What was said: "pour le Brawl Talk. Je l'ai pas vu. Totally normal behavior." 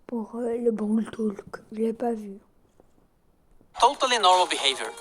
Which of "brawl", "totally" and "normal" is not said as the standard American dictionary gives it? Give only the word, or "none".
brawl